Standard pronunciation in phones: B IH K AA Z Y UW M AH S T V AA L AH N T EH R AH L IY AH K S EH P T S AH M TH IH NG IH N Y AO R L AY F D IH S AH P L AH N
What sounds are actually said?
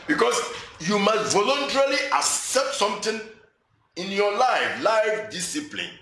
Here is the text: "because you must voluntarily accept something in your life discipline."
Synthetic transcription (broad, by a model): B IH K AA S Y UW M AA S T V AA L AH N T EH R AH L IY AH K S EH P T S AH M T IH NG IH N Y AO L L AY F D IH S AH P L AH N